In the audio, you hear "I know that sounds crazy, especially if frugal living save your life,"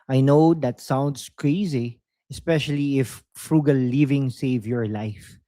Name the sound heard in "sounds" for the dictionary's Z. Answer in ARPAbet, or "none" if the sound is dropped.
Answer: S